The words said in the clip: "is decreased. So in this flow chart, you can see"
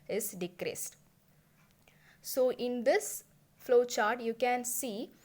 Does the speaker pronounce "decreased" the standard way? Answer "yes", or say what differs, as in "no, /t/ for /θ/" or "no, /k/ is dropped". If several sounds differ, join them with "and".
yes